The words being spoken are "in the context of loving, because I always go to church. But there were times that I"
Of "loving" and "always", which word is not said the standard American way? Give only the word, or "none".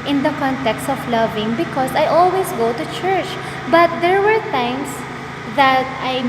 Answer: always